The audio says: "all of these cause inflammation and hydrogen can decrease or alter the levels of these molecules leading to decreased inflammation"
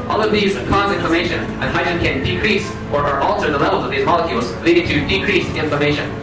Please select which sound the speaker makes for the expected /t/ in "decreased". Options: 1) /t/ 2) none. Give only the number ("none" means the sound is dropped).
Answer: 2